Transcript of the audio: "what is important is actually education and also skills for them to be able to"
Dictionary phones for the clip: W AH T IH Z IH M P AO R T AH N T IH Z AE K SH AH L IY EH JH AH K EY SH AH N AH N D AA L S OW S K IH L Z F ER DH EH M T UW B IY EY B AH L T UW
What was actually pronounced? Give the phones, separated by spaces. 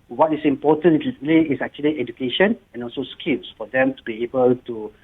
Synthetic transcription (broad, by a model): W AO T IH S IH M P AO T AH N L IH S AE K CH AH L IY EH JH AH K EY SH AH N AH N AA L S OW S K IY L S F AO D EH M T UW B IY EY B AH L T UW